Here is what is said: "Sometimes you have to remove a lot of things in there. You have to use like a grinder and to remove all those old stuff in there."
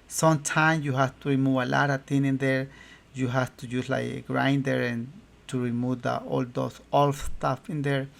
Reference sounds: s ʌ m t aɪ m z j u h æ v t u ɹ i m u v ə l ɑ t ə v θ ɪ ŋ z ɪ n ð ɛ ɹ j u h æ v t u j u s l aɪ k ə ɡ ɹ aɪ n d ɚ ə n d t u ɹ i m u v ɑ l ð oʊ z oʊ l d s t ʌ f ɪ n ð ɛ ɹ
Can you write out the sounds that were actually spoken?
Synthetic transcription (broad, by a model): s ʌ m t aɪ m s j u h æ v t u ɹ i m u v ə l ɑ t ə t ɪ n ɪ n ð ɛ ɹ j u h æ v t u j u s l aɪ k ɡ ɹ aɪ n d ɚ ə n t u ɹ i m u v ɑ l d oʊ s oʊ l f s t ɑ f ɪ n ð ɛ ɹ